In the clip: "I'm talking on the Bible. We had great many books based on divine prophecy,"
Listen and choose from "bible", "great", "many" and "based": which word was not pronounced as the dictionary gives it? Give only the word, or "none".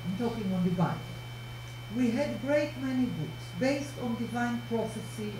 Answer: bible